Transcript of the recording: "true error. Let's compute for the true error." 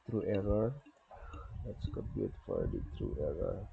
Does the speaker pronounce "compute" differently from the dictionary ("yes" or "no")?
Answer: yes